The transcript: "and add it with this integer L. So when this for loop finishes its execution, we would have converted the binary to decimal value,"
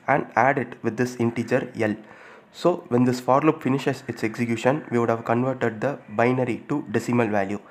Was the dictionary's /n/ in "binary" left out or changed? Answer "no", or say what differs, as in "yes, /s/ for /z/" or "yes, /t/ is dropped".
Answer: no